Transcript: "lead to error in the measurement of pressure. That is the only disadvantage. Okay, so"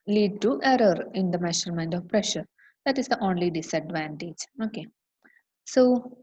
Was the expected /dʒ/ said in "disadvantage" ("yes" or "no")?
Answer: yes